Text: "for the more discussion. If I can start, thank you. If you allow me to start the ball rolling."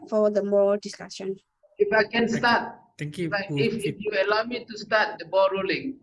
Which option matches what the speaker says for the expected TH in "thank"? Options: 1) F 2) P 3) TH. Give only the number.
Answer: 1